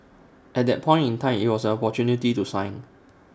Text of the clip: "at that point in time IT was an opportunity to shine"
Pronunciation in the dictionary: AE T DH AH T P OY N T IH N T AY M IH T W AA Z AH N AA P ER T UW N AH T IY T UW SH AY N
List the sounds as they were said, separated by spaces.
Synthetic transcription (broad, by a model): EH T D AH T P OY N T IH N T AY M IH T W AA S AH N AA P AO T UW N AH T IY T UW S AY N